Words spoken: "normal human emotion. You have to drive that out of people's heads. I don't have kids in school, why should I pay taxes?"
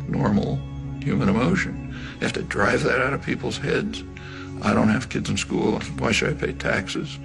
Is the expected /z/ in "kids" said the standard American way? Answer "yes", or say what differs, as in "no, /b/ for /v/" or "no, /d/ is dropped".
yes